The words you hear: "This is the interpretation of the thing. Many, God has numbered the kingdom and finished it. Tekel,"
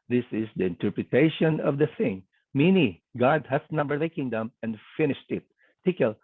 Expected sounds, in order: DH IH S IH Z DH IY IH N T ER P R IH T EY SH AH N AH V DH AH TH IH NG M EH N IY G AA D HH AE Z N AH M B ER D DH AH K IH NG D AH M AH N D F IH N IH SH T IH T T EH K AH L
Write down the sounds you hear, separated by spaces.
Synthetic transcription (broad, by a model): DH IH S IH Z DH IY IH N T ER P R IH T EY SH AH N AH V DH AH TH IH NG M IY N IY G AA D HH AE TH N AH M B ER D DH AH K IH NG D AH M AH N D F IH N IH SH T IH T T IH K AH L